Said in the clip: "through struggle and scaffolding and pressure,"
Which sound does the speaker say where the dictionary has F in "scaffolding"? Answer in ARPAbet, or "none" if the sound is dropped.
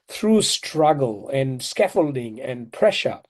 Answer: F